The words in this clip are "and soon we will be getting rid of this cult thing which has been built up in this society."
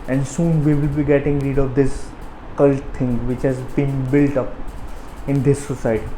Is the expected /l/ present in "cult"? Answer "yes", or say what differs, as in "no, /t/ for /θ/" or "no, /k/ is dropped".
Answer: yes